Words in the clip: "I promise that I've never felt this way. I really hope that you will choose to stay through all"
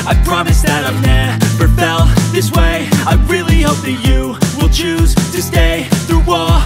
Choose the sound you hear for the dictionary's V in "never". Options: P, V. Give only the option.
P